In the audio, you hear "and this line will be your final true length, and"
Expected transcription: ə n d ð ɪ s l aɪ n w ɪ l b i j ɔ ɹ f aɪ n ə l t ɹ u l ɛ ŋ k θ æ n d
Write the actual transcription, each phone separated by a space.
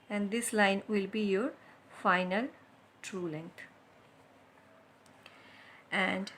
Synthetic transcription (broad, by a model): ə n d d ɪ s l aɪ n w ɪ l b i j ɔ ɹ f aɪ n ə l t ɹ u l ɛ ŋ k t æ n d